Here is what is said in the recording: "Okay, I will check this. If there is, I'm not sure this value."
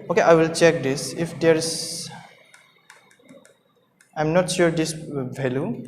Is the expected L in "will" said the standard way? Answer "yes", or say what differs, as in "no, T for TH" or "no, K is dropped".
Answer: yes